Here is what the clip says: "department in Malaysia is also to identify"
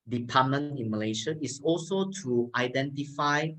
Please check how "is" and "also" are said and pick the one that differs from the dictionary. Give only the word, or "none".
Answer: is